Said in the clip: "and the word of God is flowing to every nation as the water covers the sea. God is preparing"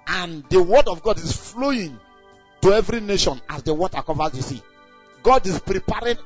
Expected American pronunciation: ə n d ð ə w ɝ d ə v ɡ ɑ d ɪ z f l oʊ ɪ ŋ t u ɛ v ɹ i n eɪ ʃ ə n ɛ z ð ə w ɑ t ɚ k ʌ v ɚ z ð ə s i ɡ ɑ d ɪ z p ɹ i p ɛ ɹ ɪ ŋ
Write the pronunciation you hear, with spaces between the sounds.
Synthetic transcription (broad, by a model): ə n d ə w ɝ d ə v ɡ ɑ d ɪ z f l oʊ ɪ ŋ t u ɛ v ɹ i n eɪ ʃ ə n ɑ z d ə w ɑ t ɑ k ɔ v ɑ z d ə s i ɡ ɑ d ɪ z p ɹ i p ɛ ɹ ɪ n